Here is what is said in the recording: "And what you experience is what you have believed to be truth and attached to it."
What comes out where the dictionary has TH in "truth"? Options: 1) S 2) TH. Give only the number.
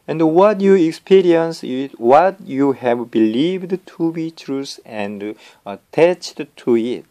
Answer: 1